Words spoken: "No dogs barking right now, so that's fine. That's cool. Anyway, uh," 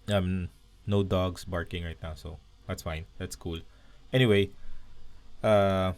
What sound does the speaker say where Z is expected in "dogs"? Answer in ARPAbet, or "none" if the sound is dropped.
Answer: S